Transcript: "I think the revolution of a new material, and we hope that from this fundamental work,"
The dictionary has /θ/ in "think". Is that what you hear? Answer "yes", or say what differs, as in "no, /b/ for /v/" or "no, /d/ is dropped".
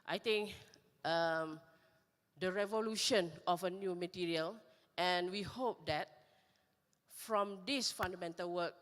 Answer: no, /t/ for /θ/